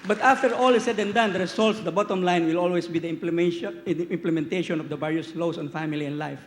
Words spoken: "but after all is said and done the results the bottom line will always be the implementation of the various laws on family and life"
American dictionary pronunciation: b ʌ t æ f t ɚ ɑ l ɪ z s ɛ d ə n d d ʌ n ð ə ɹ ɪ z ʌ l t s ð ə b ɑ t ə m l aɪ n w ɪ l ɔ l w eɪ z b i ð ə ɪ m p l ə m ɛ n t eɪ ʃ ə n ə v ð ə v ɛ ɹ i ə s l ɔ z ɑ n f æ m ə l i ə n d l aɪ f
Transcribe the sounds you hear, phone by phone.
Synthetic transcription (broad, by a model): b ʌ t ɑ f t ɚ ɑ l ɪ s ɛ d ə n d d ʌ n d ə ɹ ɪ s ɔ l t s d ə b ɑ t ə m l aɪ n w ɪ l ɔ l w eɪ s b i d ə ɪ m p l ə m ɛ n t eɪ ʃ ə n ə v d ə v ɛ ɹ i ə s l ɔ s ɑ n f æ m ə l i ə n d l aɪ f